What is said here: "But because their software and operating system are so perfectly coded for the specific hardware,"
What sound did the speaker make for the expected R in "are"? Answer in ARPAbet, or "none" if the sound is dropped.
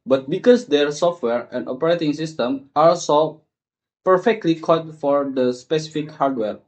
L